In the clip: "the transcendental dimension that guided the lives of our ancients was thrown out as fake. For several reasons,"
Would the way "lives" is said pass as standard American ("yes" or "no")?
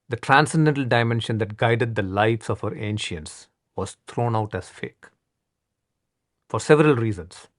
no